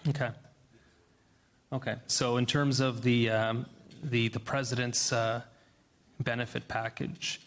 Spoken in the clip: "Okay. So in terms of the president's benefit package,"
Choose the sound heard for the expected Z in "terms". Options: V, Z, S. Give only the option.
Z